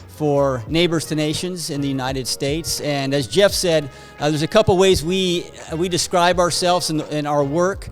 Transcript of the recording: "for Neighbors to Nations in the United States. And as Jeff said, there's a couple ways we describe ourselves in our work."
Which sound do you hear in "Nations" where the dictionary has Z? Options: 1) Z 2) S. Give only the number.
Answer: 1